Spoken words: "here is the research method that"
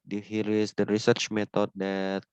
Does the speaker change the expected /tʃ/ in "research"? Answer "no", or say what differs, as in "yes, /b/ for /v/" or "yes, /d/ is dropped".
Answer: no